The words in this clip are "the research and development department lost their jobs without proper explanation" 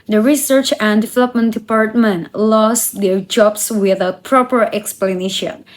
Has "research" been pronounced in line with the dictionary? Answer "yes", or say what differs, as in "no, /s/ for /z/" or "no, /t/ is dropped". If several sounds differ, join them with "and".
yes